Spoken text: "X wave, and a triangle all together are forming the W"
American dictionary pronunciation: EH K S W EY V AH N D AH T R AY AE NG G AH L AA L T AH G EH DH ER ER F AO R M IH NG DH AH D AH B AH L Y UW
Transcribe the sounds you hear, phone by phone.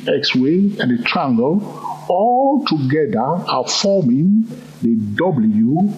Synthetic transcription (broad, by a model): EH K S W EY AH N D AH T R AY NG G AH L AA L T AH G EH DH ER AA F AO M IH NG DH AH D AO B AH L Y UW